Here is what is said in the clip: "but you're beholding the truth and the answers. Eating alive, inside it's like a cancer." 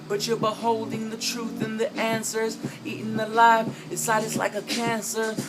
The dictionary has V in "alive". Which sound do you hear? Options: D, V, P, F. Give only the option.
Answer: F